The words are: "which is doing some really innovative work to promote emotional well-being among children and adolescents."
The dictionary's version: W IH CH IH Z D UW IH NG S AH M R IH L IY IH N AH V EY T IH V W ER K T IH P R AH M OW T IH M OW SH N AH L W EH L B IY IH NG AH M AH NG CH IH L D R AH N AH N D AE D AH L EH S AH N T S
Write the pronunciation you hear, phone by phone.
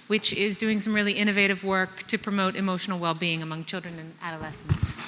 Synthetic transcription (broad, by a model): W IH CH IH Z D UW IH NG S AH M R IH L IY IH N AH V EY T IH V W ER K T IH P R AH M OW T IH M OW SH N L W EH L B IY IH NG AH M AH NG CH IH L D R AH N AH N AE D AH L EH S N T S